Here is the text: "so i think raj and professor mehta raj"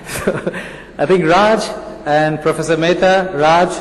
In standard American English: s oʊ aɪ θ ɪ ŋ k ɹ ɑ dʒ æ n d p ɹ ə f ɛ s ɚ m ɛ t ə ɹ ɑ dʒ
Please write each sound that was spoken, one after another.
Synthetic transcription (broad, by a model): s oʊ aɪ t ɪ ŋ k ɹ ɑ dʒ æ n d p ɹ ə f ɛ s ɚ m ɛ t ə ɹ ɑ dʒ